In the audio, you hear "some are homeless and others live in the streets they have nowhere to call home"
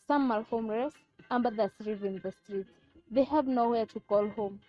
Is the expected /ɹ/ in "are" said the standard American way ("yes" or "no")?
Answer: no